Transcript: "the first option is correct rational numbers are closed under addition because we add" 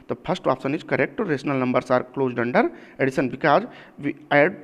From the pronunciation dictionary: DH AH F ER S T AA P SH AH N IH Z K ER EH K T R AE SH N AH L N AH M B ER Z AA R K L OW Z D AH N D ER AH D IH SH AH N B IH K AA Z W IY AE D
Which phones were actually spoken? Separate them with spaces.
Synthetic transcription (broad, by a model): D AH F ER S T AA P S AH N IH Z K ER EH K T R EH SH N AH L N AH M B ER S AA R K L OW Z D AH N D ER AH D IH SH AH N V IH K AA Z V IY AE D